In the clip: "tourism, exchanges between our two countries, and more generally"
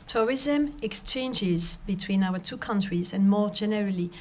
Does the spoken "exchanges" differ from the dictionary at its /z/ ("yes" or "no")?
no